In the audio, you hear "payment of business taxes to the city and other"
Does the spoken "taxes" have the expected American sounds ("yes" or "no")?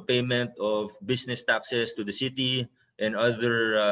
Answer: no